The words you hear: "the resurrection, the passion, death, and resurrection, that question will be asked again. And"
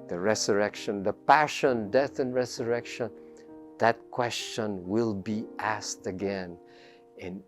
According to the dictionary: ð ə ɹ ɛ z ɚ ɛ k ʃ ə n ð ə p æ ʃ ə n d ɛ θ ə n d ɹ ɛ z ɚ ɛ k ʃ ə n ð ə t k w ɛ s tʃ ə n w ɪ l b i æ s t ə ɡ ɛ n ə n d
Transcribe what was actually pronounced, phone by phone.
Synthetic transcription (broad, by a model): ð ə ɹ ɛ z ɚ ɛ k ʃ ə n ð ə p æ ʃ ə n d ɛ θ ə n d ɹ ɛ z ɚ ɛ k ʃ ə n ð ə t k w ɛ s tʃ ə n w ɪ l b i æ s t ə ɡ ɛ n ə n